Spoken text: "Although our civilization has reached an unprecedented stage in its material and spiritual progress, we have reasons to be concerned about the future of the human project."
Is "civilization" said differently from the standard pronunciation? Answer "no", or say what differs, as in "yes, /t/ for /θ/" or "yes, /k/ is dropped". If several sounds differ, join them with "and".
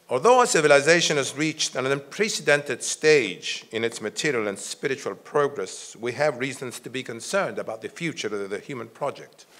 no